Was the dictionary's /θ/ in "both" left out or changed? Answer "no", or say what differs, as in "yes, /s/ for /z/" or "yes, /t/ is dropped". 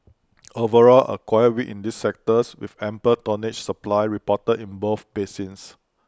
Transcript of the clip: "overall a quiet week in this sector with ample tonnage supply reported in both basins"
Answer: yes, /f/ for /θ/